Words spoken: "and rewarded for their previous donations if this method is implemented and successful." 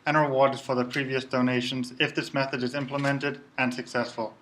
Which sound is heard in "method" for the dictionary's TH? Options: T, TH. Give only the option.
TH